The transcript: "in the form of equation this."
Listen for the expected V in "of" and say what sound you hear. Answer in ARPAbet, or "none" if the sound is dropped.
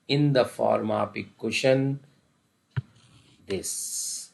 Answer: P